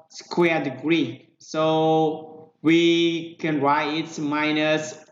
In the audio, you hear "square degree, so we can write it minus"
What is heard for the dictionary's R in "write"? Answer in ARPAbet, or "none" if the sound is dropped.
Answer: R